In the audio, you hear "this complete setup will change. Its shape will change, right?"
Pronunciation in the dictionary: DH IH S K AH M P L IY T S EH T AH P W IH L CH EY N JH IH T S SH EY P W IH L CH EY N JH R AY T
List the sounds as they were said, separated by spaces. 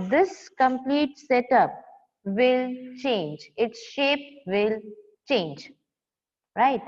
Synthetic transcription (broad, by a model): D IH S K AH M P L IY T S EH T AH P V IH L CH EY N JH IH T S SH EY P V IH L CH EY N JH R AY T